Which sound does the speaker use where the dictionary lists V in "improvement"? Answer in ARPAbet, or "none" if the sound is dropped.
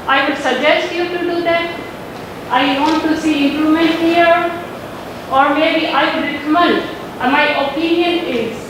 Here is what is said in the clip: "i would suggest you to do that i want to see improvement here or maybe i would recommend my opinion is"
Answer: none